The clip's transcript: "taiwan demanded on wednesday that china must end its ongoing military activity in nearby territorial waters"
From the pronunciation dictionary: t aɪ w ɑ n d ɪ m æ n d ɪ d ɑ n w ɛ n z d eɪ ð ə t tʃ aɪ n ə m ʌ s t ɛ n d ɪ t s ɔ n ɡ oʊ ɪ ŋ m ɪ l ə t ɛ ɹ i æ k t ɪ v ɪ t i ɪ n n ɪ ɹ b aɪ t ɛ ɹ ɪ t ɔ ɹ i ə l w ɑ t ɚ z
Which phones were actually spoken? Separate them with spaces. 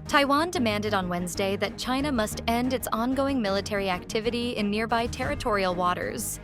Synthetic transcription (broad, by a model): t aɪ w ɑ n d ɪ m æ n d ɪ d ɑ n w ɛ n z d eɪ ð ə t tʃ aɪ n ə m ʌ s t ɛ n d ɪ t s ɔ n ɡ oʊ ɪ ŋ m ɪ l ə t ɛ ɹ i æ k t ɪ v ɪ t i ɪ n n ɪ ɹ b aɪ t ɛ ɹ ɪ t ɔ ɹ i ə l w ɑ t ɚ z